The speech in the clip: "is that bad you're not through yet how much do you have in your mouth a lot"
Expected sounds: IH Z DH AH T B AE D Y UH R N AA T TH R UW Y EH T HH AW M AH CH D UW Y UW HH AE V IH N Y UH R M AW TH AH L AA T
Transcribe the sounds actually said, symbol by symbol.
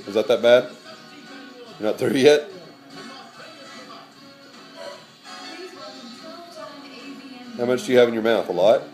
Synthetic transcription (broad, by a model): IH Z DH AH T B AE D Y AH R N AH T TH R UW Y EH T HH AW M AH CH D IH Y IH HH AE V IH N Y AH R M AW TH AH L AA T